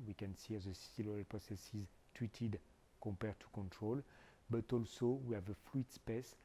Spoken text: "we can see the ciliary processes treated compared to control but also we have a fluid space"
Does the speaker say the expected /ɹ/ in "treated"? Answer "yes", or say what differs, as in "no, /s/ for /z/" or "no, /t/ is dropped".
no, /w/ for /ɹ/